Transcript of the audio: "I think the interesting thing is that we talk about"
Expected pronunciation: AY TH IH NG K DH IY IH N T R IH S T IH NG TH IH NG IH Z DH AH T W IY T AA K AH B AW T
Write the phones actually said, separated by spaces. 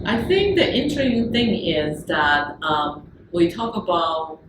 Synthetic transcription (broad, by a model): AY TH IH NG K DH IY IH N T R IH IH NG TH IH NG IH Z DH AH T W IY T AA K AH B AW T